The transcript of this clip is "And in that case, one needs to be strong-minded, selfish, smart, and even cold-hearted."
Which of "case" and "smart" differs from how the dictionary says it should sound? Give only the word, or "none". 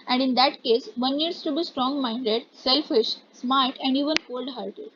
smart